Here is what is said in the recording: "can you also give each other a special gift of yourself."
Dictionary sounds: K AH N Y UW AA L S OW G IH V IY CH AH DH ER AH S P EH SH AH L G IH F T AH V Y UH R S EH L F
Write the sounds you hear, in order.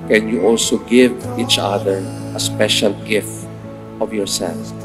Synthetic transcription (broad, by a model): K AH N Y UW AA L S OW G IH V IY CH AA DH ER AH S P EH SH AH L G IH F AH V Y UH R S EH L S